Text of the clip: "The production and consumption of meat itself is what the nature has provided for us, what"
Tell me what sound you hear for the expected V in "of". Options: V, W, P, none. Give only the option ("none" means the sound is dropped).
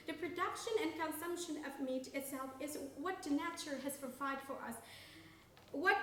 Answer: V